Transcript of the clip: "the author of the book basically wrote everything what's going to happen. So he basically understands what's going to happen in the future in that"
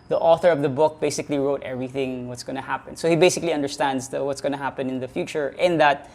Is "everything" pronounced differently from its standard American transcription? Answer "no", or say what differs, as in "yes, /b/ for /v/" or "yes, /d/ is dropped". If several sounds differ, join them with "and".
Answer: no